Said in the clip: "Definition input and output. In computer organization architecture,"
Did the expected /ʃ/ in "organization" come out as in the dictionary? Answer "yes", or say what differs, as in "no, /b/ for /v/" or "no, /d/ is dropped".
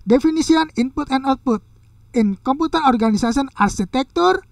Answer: no, /s/ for /ʃ/